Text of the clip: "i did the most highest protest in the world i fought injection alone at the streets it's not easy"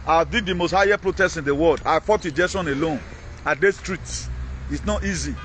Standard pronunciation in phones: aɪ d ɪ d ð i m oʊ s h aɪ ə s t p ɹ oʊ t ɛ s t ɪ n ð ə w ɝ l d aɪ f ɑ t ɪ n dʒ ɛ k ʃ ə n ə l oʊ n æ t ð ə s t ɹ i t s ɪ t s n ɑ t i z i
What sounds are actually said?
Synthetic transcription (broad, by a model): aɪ d ɪ d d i m oʊ s h aɪ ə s p ɹ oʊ t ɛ s ɪ n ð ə w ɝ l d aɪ f ɑ t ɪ dʒ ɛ ʃ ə n ə l oʊ n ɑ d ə s t ɹ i t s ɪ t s n ɑ t i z i